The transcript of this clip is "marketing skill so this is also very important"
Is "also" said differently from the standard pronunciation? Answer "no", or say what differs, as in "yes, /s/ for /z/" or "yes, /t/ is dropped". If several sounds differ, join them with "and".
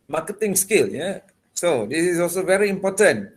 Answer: no